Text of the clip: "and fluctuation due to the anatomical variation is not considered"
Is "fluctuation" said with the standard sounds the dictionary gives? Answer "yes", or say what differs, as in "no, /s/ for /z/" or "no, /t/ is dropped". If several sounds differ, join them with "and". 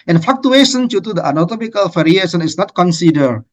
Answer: no, /l/ is dropped